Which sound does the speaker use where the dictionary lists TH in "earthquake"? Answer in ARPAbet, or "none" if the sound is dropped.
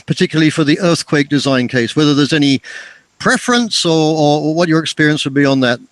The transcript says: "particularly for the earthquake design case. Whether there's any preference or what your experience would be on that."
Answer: TH